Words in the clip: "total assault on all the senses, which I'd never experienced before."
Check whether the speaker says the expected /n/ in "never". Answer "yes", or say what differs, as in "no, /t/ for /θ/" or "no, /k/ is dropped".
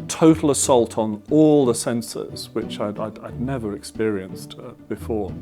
yes